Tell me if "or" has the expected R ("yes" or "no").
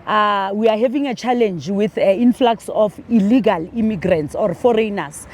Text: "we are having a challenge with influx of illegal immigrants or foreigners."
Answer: yes